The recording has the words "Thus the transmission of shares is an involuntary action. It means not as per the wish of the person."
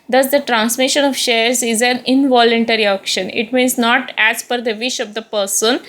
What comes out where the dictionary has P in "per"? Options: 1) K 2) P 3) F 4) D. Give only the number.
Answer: 3